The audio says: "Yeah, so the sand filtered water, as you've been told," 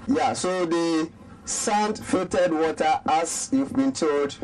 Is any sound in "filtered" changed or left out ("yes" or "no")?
yes